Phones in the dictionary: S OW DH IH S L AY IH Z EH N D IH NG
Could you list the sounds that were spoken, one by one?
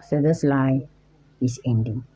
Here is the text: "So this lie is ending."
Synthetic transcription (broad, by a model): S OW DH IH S L AY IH S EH N D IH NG